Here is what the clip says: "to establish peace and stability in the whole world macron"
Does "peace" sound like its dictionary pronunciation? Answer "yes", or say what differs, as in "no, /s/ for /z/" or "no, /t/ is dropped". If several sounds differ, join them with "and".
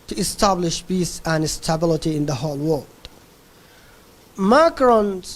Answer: no, /b/ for /p/